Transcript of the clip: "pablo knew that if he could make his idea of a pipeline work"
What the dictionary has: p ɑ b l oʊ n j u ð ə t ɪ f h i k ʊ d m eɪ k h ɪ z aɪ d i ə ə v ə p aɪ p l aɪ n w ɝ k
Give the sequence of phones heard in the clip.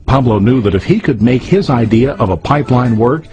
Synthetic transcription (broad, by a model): p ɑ b l oʊ n j u ð ə t ɪ f h i k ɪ d m eɪ k h ɪ z aɪ d i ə ə v ə p aɪ p l aɪ n w ɝ k